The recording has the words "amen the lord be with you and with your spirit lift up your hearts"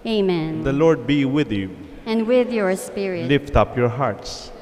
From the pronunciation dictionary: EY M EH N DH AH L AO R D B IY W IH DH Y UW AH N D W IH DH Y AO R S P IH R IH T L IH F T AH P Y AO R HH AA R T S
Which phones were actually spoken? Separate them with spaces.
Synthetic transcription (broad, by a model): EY M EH N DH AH L AO R D B IY W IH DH Y UW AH N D W IH DH Y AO R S P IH R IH L IH F T AH P Y AO R HH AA R T S